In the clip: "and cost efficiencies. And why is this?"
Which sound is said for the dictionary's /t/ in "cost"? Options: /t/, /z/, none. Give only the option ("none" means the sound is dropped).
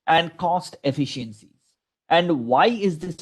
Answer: /t/